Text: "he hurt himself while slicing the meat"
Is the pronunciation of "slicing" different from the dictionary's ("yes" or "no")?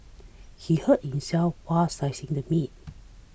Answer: yes